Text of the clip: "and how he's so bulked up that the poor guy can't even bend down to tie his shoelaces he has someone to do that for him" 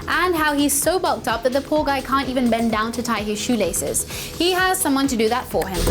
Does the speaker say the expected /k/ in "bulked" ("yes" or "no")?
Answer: yes